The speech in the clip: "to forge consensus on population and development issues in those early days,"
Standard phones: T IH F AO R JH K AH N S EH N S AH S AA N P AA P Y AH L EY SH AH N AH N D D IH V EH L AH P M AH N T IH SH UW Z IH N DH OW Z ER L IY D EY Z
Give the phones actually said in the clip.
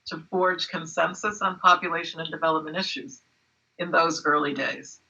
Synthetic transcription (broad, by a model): T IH F AO R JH K AH N S EH N S AH S N P AA P Y AH L EY SH AH N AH N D D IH V EH L AH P M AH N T IH SH UW Z IH N DH OW Z ER L IY D EY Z